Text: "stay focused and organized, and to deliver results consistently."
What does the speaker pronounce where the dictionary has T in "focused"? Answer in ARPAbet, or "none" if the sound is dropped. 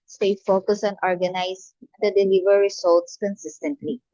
none